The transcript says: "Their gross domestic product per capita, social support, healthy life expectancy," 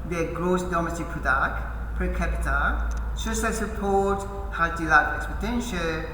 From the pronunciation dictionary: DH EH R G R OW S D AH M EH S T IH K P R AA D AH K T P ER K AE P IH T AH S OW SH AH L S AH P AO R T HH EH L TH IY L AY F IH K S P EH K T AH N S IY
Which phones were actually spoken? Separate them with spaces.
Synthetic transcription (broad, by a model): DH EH G R OW S D AH M EH S T IH K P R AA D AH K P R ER K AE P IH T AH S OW S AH S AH P AO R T HH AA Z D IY L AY IH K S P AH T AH N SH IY